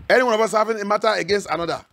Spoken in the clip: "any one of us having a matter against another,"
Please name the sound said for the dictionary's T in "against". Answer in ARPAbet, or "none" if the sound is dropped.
T